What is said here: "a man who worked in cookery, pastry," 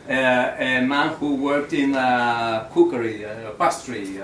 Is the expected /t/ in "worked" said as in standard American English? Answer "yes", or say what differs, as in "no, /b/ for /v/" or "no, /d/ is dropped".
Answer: yes